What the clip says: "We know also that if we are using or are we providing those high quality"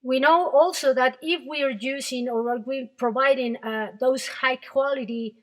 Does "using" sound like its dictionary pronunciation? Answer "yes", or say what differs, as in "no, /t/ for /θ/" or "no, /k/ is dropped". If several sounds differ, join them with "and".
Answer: no, /s/ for /z/